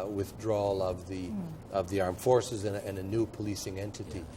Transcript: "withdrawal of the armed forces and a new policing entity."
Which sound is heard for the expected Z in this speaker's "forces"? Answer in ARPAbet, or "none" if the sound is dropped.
Z